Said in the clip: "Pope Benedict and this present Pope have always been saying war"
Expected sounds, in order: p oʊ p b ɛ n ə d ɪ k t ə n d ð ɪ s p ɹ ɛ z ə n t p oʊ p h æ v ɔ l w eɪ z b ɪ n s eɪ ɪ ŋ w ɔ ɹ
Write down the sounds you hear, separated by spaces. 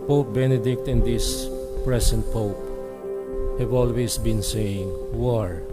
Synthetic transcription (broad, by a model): p oʊ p b ɛ n ə d ɪ k t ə n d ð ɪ s p ɹ ɛ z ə n t p oʊ p h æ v ɔ l w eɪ s b ɪ n s eɪ ɪ ŋ w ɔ ɹ